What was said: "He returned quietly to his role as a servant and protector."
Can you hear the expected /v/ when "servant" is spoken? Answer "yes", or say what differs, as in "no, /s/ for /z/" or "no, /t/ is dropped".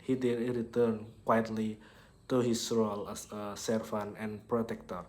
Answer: no, /f/ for /v/